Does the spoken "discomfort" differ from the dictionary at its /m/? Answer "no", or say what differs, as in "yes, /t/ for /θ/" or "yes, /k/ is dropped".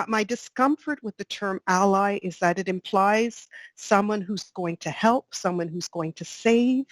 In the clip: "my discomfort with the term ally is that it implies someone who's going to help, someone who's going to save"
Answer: no